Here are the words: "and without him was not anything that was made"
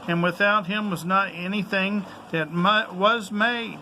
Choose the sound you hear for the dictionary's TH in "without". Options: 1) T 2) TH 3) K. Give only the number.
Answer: 2